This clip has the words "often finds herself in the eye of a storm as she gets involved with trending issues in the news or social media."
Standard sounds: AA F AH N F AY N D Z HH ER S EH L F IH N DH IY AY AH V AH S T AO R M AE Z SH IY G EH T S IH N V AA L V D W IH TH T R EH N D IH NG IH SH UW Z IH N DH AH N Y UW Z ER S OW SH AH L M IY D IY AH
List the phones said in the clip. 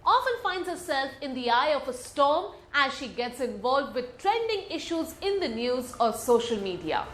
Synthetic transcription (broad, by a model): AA F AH N F AY N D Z HH ER S EH L F IH N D IY AY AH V AH S T AO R M AE Z SH IY G EH T S IH N V AA L V D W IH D T R EH N D IH NG IH SH UW Z IH N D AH N Y UW Z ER S OW SH AH L M IY D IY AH